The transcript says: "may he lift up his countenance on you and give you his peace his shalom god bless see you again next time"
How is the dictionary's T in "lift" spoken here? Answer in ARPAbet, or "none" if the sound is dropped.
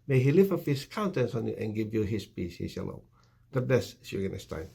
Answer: none